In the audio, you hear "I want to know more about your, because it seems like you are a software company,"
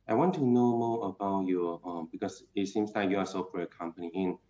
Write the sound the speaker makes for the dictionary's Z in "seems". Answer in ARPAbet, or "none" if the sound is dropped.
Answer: S